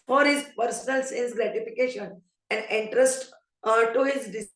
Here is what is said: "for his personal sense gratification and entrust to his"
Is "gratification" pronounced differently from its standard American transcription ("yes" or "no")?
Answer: no